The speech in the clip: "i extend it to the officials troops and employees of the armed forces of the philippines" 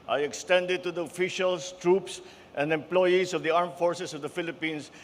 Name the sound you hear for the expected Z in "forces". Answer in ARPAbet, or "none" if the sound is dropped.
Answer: S